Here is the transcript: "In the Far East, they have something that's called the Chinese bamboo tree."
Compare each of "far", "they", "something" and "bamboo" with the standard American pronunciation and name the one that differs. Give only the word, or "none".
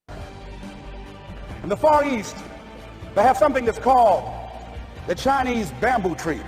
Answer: none